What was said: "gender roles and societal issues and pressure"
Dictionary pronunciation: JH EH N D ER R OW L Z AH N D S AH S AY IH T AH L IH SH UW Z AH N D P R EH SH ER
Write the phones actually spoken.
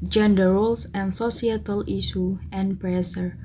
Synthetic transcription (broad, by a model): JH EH N D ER R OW L S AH N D S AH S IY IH T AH L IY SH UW AH N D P R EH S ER